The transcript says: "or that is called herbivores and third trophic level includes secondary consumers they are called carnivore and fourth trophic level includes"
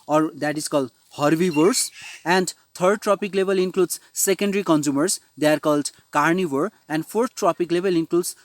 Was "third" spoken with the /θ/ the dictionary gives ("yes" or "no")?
no